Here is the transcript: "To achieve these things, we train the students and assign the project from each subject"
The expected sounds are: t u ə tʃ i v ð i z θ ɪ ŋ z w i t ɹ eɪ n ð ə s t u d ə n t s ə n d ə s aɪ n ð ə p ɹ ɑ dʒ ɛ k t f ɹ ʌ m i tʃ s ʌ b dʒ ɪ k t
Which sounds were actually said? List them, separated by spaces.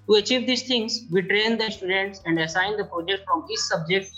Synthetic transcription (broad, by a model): t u ə tʃ i v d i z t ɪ ŋ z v i t ɹ eɪ n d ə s t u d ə n t s ə n d ə s aɪ n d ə p ɹ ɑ dʒ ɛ k t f ɹ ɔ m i s s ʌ b dʒ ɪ k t